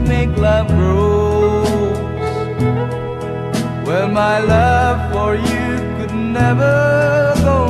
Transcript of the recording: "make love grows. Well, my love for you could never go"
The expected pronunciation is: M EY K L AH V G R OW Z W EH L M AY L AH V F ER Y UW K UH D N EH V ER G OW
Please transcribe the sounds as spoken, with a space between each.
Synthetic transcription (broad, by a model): M EY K L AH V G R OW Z W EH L M AY L AH V F ER Y UW K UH D N EH V ER G OW